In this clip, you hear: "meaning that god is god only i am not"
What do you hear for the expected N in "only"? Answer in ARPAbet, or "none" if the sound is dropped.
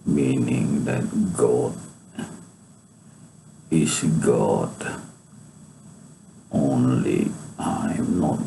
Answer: N